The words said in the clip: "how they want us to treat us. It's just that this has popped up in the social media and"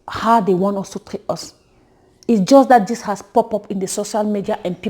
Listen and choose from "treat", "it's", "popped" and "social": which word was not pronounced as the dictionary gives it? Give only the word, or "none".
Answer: popped